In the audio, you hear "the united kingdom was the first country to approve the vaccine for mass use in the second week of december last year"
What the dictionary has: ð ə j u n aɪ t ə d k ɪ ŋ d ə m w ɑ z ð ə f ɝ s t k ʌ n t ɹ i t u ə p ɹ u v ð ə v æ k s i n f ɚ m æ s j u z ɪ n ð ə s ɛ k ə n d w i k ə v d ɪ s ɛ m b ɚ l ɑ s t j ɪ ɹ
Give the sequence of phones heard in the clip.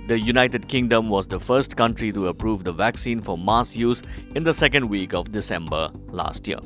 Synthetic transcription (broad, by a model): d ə j u n aɪ t ə d k ɪ ŋ d ə m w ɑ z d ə f ɝ s t k ʌ n t ɹ i t u ə p ɹ u v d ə v æ k s i n f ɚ m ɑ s j u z ɪ n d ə s ɛ k ə n d w i k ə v d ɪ s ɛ m b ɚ l ɑ s t j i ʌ